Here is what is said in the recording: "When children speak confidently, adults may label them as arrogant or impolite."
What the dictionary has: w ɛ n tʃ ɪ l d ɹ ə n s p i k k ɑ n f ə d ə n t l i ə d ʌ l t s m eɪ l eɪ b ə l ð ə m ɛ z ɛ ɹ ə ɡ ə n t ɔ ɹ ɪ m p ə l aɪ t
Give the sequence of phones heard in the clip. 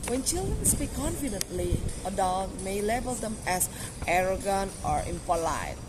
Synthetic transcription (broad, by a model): w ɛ n tʃ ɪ l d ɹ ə n s p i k k ɑ n f ə d ə n t l i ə d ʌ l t m eɪ l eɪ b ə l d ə m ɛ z ɛ ɹ ə ɡ ə n t ɔ ɹ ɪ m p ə l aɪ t